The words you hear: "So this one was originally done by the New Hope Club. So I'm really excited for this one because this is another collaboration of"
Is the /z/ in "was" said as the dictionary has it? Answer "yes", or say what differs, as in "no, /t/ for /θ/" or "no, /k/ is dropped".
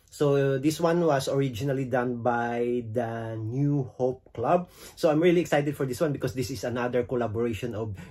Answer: no, /s/ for /z/